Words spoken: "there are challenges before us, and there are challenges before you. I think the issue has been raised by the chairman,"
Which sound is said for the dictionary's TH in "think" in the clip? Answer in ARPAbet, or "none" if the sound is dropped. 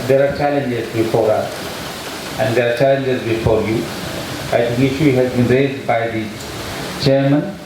T